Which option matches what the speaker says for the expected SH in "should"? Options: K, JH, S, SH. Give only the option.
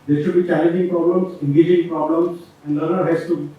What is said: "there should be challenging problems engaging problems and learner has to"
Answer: SH